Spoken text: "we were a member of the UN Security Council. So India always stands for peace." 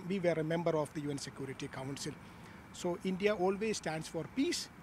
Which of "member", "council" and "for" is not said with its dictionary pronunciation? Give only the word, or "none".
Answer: none